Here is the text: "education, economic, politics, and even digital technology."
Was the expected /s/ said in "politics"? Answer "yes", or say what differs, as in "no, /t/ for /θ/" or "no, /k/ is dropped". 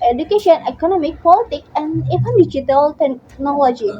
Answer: no, /s/ is dropped